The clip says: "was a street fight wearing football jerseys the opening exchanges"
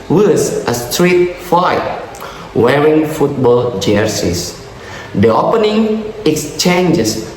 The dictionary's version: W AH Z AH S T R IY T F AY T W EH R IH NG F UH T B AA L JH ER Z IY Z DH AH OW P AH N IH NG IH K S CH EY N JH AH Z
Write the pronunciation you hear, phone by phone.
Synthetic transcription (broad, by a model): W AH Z AH S T R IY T F AY T W EH R IH NG F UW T B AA L JH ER S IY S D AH OW P AH N IH NG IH K S CH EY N JH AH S